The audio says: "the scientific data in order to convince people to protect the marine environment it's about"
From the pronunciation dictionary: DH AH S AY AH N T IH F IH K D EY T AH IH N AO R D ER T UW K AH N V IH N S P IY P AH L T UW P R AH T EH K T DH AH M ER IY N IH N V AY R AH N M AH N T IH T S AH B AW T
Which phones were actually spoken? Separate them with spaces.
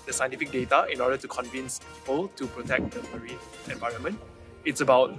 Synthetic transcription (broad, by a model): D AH S AY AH N T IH F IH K D EY T AH IH N AO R D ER T UW K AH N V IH N S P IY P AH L T UW P R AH T EH K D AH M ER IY IH N V AY R AH N M AH N T IH T S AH B AW T